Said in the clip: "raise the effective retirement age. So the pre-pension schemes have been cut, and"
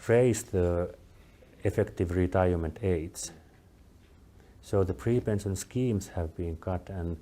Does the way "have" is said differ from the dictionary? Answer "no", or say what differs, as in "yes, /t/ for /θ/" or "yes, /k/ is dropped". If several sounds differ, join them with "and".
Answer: no